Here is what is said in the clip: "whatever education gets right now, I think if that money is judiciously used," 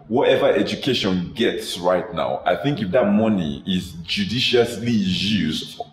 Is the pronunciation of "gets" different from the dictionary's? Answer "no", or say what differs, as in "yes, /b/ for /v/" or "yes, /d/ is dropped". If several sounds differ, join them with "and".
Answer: no